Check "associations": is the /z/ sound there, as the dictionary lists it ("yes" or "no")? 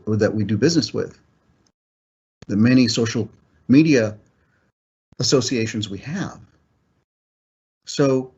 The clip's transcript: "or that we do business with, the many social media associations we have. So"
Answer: yes